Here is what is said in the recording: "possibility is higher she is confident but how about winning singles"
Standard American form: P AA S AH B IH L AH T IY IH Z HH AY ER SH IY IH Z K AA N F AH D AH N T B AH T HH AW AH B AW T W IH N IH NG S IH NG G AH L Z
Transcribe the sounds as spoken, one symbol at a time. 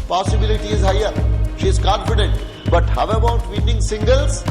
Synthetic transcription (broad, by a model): P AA S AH B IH L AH T IY IH Z HH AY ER SH IY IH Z K AA N F AH D AH N T B AH T HH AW AH B AW T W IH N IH NG S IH NG G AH L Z